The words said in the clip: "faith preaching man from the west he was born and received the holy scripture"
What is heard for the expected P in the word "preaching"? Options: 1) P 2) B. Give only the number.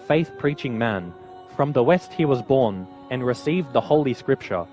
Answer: 1